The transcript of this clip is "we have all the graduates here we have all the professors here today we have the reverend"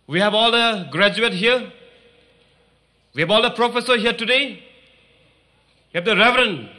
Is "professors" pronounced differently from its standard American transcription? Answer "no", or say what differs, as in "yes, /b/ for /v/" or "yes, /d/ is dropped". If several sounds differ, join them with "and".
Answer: yes, /z/ is dropped